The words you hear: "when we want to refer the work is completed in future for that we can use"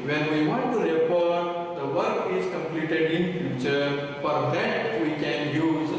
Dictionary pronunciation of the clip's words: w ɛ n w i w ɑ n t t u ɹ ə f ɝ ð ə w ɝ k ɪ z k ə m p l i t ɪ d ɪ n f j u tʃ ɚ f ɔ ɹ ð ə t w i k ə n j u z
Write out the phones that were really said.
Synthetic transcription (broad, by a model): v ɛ n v i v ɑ n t t u ɹ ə p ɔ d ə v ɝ k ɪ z k ə m p l i t ɪ d ɪ n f j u tʃ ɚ f ɔ ɹ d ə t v i k ə n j u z